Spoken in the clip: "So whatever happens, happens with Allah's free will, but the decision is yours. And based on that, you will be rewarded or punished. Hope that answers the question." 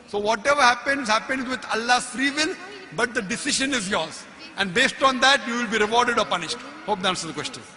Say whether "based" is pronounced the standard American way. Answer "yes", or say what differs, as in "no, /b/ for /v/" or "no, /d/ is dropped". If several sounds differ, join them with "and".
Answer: yes